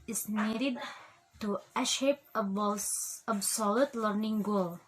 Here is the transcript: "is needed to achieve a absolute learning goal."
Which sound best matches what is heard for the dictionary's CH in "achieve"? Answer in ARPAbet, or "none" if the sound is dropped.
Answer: SH